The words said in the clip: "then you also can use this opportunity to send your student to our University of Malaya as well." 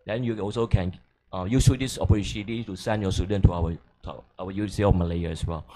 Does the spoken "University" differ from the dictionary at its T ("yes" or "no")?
yes